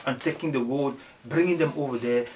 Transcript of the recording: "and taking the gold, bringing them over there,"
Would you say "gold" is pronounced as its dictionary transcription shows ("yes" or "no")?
no